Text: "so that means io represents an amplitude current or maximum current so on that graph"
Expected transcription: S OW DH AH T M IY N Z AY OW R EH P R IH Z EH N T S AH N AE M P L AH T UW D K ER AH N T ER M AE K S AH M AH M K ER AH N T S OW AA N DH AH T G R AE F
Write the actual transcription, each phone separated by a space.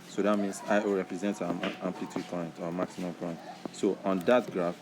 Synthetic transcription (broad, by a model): S OW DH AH T M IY N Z AY R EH P R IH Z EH N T AH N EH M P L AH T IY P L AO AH N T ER M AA K S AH M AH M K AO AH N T S OW AA N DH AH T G R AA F